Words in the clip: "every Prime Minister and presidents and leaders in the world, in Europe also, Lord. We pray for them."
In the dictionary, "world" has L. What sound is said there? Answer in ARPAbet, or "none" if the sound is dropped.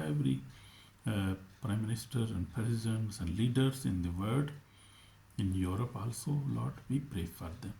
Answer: none